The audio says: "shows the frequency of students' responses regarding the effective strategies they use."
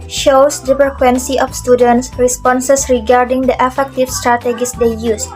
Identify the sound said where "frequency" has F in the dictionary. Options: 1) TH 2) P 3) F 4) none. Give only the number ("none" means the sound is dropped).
2